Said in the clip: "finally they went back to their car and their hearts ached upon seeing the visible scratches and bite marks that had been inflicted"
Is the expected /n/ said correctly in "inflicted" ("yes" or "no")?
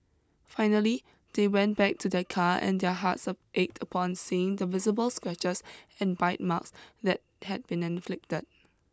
yes